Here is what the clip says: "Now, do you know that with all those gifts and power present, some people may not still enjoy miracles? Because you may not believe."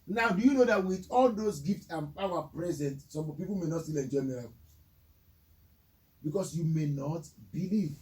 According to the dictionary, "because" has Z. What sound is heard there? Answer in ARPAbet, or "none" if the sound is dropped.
S